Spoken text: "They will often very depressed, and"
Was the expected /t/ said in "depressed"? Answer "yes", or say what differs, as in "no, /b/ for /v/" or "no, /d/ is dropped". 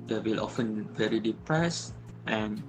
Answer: yes